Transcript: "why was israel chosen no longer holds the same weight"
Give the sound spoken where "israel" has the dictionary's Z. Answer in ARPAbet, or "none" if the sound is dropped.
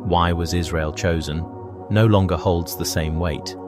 Z